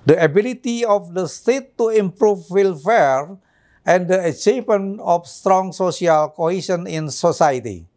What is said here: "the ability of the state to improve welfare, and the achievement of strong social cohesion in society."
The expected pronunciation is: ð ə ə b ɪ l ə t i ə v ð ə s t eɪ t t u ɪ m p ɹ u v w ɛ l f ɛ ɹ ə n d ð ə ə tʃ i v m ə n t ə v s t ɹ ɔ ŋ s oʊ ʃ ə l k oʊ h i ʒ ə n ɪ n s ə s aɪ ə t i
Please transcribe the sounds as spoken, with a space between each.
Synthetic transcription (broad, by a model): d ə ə b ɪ l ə t i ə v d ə s t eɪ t t u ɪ m p ɹ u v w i l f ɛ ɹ ə n d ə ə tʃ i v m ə n ə f s t ɹ ɔ ŋ s oʊ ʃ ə l k oʊ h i s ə n ɪ n s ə s aɪ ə t i